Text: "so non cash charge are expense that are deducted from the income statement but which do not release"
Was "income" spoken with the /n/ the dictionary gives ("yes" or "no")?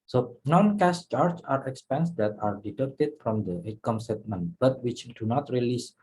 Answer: no